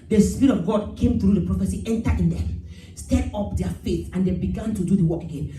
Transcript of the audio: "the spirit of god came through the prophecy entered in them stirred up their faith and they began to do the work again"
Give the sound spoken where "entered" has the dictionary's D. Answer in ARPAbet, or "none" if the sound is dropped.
none